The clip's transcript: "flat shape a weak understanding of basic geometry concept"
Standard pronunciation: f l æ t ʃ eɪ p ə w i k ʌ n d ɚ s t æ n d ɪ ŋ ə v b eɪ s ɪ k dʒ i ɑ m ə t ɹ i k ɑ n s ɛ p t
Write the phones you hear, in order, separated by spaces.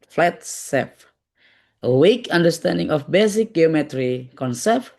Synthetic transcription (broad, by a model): f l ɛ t s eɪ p ə w i k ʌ n d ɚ s t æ n d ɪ ŋ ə f b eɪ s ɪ k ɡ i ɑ m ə t ɹ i k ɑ n s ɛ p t